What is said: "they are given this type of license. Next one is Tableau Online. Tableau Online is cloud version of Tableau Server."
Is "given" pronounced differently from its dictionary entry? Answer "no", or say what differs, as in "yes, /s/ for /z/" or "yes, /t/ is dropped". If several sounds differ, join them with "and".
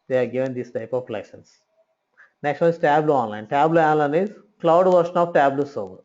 no